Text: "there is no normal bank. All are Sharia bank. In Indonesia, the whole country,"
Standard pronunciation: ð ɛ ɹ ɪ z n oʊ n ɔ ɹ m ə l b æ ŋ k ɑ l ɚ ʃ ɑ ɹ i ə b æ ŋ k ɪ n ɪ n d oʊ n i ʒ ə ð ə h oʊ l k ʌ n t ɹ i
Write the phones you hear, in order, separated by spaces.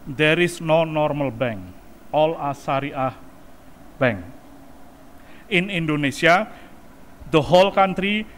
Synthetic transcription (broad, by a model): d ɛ ɹ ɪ s n oʊ n ɔ ɹ m ə l b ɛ ŋ k ɑ l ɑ s ɑ ɹ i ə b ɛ ŋ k ɪ n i n d oʊ n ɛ s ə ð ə h oʊ l k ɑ n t ɹ i